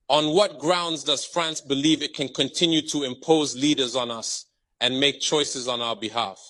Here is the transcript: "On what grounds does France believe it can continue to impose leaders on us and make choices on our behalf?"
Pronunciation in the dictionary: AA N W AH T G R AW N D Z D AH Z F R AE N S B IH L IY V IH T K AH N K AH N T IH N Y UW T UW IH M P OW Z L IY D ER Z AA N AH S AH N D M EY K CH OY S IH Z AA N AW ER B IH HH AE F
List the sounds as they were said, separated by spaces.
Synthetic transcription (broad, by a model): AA N W AH T G R AW N D Z D AH Z F R AE N S B IH L IY V IH T K AH N K AH N T IH N Y UW T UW IH M P OW Z L IY D ER Z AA N AH S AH N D M EY K CH OY S IH Z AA N AW ER B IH HH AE F